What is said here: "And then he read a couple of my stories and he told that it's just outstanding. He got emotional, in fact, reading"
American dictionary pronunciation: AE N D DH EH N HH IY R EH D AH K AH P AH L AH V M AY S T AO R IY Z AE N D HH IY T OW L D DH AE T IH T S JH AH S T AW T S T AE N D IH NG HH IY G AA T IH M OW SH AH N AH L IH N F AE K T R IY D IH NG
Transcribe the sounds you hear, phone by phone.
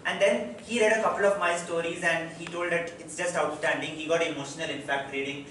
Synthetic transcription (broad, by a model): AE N D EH N HH IY R EH D AH K AH P AH L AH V M AY S T AO R IY Z AE N D HH IY T OW L D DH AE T IH T S JH AH S T AW T S T AE N D IH NG HH IY G AA T IH M OW SH AH N AH L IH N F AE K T R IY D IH NG